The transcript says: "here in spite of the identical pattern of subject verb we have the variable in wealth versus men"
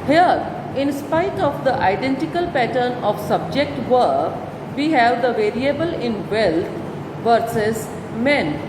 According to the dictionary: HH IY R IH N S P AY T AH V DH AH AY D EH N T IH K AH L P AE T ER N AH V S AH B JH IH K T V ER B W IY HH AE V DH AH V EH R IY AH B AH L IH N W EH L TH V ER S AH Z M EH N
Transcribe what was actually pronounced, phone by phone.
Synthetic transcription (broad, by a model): HH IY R IH N S P AY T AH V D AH AY D EH N T IH K AH L P AE T ER N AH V S AH B JH IH K T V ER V IY HH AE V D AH V EH R IY AH B AH L IH N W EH L T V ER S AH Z M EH N